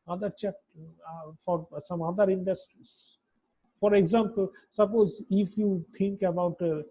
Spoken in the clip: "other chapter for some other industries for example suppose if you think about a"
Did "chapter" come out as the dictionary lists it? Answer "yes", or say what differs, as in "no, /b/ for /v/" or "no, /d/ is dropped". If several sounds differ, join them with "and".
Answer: no, /p/ is dropped